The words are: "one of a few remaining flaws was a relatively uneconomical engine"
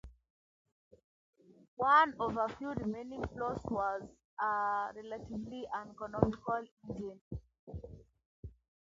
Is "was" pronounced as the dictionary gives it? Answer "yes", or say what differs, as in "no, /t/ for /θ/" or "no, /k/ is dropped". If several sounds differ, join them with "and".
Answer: yes